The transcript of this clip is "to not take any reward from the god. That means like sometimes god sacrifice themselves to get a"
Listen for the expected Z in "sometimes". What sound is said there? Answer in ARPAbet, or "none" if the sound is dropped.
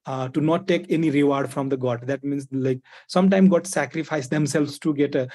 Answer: none